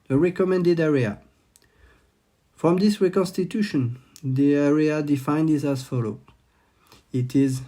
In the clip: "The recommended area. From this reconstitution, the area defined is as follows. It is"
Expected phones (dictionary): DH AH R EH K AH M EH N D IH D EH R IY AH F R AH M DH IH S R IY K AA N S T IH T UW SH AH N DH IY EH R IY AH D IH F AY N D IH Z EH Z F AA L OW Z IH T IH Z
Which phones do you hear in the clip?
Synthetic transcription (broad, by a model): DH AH R EH K AH M EH N D IH D EH R IY AH F R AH M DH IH S R IY K AA N S T IH T UW SH AH N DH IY EH R IY AH D IH F AY N D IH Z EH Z F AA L OW IH T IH Z